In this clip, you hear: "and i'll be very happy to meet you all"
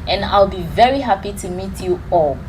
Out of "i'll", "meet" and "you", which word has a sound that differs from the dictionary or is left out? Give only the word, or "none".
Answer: none